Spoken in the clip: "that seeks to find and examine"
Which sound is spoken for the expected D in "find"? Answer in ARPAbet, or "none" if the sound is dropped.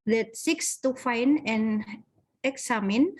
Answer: none